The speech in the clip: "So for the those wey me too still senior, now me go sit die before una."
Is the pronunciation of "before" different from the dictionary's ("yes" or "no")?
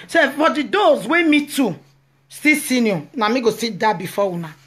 yes